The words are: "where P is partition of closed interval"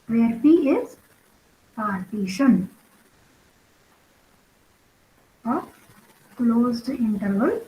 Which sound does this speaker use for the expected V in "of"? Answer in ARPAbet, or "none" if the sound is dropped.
P